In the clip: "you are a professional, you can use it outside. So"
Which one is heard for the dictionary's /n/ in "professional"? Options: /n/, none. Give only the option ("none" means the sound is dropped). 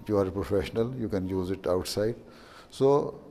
/n/